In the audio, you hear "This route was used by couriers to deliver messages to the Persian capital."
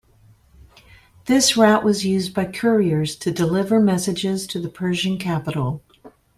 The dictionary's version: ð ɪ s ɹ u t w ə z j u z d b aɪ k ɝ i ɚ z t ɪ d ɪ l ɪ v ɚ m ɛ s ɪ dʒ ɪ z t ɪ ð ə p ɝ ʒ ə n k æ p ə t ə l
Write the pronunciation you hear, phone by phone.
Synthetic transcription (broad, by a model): ð ɪ s ɹ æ t w ə z j u z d b aɪ k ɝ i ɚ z t ɪ d ɪ l ɪ v ɚ m ɛ s ɪ dʒ ɪ z t ɪ ð ə p ɝ ʒ ə n k æ p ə t l